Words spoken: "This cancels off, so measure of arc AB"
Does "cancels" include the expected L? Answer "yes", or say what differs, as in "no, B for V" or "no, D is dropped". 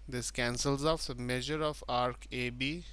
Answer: yes